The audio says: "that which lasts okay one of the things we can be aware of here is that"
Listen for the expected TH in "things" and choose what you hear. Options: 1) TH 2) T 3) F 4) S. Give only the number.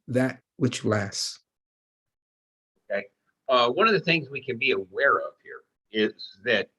1